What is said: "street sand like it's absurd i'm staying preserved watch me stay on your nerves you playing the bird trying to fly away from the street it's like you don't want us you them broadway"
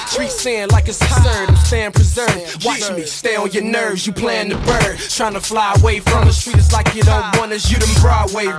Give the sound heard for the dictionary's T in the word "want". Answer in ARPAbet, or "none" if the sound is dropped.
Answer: none